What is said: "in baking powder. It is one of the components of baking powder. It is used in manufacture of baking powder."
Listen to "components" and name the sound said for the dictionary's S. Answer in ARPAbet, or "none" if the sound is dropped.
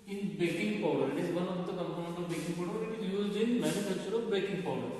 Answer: none